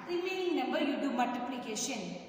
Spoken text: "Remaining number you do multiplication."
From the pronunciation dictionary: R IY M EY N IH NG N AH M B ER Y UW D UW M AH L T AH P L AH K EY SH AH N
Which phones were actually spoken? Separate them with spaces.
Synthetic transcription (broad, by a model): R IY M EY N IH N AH B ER Y UW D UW M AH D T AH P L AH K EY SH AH N